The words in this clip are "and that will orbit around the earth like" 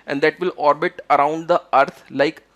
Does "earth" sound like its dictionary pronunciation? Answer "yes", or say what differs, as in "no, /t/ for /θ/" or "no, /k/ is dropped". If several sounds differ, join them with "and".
no, /t/ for /θ/